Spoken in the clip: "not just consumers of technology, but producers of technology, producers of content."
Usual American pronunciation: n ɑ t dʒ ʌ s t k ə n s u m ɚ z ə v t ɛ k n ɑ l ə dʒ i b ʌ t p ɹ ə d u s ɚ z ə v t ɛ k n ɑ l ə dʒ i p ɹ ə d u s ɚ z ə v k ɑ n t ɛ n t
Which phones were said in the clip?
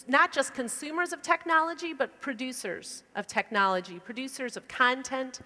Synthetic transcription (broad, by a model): n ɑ t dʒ ʌ s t k ə n s u m ɚ z ə v t ɛ k n ɑ l ə dʒ i b ʌ t p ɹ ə d u s ɚ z ə v t ɛ k n ɑ l ə dʒ i p ɹ ə d u s ɚ z ə v k ɑ n t ɛ n t